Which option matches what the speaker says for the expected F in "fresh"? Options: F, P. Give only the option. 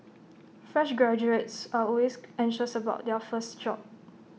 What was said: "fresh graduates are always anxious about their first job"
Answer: F